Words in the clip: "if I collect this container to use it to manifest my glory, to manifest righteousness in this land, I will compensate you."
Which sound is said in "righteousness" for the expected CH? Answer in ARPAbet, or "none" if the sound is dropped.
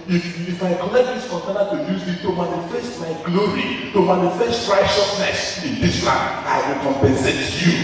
SH